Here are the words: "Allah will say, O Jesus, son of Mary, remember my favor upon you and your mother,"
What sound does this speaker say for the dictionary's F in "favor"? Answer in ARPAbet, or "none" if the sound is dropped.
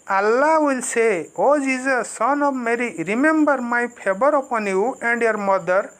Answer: P